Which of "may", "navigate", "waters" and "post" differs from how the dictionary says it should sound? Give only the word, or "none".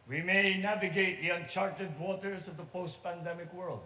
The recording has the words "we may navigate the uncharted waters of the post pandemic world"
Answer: none